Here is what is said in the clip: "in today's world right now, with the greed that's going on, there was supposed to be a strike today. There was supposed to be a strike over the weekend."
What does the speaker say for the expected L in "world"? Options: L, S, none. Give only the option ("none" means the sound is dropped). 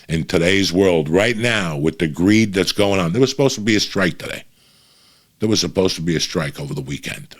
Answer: L